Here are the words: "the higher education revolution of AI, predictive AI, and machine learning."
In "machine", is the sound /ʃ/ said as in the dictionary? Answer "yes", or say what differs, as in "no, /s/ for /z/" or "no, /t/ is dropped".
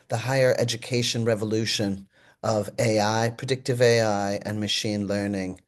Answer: yes